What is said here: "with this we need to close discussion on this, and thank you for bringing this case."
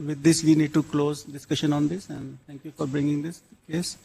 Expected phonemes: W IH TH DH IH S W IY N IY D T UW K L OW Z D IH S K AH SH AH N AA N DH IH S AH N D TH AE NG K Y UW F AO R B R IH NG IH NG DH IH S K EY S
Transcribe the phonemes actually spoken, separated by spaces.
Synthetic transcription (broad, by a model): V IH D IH S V IY N IY D T UW K L OW Z D IH S K AH SH AH N AA N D IH S AH N D T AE NG K Y UW F AO R B R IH NG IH NG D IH S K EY S